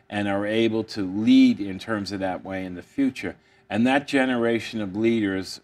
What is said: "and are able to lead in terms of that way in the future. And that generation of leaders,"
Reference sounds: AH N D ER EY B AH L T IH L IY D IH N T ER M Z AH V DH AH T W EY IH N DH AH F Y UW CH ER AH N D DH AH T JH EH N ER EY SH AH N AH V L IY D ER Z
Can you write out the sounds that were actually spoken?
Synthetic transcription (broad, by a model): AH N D ER EY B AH L T IH L IY D IH N T ER M Z AH V DH AH T W EY IH N DH AH F Y UW CH ER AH N DH AH T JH EH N ER EY SH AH N AH V L IY D ER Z